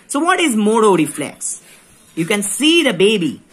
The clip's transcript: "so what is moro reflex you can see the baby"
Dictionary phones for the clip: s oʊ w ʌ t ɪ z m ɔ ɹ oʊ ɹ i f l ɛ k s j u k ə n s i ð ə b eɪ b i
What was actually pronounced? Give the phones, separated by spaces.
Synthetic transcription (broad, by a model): s oʊ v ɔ t ɪ z m ɔ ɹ oʊ ɹ i f l ɛ k s j u k ə n s i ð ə b eɪ b i